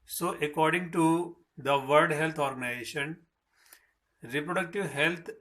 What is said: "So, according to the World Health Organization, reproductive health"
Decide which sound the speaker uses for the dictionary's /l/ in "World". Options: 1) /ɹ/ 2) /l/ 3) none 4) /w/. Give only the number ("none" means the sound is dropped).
3